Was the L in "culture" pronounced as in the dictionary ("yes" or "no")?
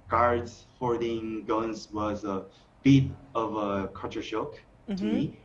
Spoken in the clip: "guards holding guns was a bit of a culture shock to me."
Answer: no